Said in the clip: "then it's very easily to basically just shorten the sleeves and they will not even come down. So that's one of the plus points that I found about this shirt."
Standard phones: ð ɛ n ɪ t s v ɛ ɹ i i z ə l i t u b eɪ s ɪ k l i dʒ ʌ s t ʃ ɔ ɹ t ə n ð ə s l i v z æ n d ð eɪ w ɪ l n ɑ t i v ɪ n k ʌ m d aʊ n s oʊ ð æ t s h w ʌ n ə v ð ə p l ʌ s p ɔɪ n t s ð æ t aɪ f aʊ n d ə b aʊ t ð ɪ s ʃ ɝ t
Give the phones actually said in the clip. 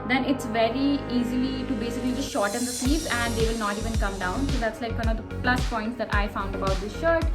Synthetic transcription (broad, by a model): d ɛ n ɪ t s v ɛ ɹ i i z ə l i t u b eɪ s ɪ k l i dʒ ʌ s t ʃ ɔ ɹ t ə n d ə s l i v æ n d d eɪ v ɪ l n ɑ t i v ɪ n k ʌ m d aʊ n s oʊ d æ t s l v ʌ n ə v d ə p l ʌ s p ɔɪ n t s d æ t aɪ f aʊ n d ə b aʊ t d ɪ s ʃ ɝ t